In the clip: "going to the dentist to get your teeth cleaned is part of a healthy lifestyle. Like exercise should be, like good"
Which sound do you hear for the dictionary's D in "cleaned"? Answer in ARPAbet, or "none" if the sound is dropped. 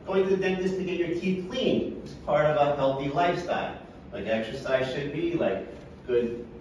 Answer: none